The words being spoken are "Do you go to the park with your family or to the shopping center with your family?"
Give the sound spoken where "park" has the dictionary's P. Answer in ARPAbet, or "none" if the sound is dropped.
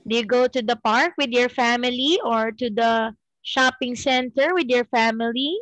P